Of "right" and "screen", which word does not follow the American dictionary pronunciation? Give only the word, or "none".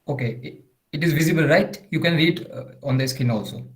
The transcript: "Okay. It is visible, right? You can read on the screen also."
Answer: screen